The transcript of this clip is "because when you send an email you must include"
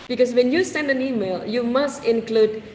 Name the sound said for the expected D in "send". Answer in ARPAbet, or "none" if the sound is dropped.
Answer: D